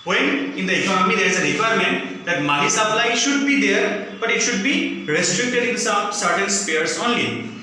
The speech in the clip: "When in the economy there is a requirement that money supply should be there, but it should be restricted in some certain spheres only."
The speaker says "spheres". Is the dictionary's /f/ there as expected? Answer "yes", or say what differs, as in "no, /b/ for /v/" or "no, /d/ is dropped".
no, /p/ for /f/